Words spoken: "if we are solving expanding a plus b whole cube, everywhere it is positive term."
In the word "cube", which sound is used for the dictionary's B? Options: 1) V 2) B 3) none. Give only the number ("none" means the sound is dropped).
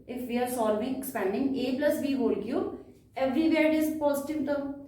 3